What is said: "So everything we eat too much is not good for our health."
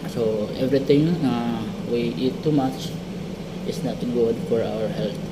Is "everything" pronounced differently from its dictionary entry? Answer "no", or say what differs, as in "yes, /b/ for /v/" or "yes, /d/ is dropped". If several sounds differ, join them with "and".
yes, /t/ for /θ/